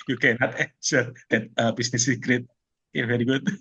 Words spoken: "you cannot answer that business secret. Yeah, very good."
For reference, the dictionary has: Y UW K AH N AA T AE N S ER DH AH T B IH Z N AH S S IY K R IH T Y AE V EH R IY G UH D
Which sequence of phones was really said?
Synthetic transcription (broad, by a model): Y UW K AH N AA T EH S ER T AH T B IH S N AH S S IY K R IH T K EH V EH R IY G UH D